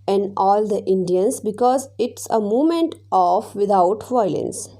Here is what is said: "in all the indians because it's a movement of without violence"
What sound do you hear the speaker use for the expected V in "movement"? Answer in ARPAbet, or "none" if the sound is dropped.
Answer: none